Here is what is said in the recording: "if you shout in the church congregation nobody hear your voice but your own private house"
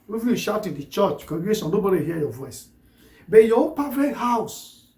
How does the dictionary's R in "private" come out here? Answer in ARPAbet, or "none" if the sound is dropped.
none